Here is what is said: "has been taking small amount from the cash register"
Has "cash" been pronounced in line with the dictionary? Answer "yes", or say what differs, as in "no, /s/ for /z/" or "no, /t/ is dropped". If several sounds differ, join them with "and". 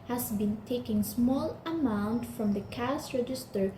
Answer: no, /s/ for /ʃ/